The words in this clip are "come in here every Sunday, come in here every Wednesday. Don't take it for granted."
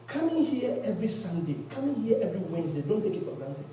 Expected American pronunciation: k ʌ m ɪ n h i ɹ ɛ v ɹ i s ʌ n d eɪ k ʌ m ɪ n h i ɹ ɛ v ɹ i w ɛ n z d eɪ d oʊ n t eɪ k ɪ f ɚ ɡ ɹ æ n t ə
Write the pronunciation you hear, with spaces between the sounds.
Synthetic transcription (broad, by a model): k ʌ m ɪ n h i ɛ ɛ v ɹ i s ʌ n d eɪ k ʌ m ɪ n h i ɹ ɛ v ɹ i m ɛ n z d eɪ d oʊ n t eɪ k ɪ p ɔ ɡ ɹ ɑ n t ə